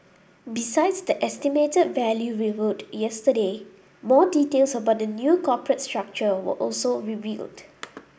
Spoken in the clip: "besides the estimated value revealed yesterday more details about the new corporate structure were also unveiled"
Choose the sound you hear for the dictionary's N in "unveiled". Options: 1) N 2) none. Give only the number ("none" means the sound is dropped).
2